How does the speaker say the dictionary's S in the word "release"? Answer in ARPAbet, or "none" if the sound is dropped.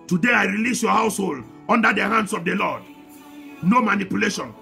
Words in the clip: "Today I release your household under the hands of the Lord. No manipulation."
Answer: S